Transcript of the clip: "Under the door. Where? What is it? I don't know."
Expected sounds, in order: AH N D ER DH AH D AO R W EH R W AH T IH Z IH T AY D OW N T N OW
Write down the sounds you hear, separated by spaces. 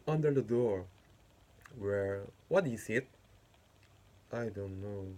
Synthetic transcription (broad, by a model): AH N D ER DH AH D AO R W EH R W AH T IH S IH T AY D OW N T N OW